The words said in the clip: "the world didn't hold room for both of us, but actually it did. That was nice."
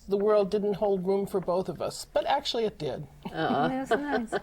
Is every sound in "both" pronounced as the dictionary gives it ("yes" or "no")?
yes